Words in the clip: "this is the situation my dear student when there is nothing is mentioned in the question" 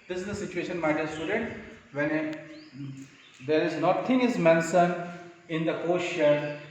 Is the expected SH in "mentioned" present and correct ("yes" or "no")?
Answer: no